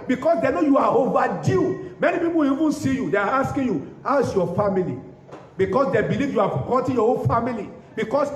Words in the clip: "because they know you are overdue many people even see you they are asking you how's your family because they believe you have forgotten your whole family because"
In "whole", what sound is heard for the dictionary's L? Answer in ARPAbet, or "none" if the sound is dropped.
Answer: N